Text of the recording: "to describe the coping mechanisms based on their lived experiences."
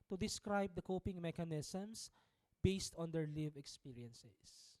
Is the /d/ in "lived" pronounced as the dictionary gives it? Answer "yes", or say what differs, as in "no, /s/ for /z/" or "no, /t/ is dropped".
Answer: no, /d/ is dropped